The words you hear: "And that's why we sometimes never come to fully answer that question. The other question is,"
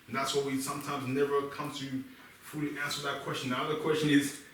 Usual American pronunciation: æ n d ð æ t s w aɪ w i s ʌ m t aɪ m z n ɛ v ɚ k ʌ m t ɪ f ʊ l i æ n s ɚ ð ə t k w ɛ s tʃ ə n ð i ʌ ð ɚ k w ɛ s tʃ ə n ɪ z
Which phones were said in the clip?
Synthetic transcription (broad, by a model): n ð æ t s w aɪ w i s ʌ m t aɪ m z n ɛ v ɚ k ʌ m t ɪ f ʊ l i æ n s ɚ ð ə t k w ɛ s tʃ ə n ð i ʌ ð ɚ k w ɛ s tʃ ə n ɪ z